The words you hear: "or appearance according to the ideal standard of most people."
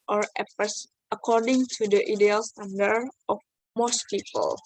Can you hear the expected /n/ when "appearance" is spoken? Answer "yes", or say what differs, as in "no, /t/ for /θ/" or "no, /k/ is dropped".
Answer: no, /n/ is dropped